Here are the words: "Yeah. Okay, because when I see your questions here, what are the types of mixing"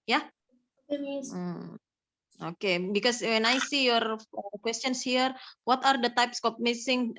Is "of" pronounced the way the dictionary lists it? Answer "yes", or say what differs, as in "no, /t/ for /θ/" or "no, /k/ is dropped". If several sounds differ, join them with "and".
no, /p/ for /v/